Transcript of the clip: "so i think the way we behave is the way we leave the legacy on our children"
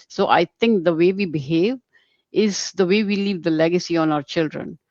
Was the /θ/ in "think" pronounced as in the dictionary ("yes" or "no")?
no